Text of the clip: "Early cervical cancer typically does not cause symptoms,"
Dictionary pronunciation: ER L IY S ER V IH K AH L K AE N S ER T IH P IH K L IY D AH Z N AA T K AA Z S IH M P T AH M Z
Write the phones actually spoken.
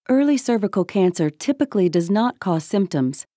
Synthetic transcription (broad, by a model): ER L IY S ER V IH K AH L K AE N S ER T IH P IH K L IY D AH Z N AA T K AA Z S IH M P T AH M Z